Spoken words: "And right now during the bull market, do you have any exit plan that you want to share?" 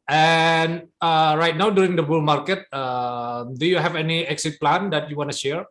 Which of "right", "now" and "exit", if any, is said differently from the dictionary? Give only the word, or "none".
none